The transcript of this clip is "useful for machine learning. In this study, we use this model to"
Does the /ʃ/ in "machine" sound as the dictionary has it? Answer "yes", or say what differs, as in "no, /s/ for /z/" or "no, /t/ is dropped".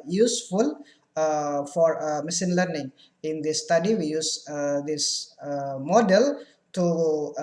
no, /s/ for /ʃ/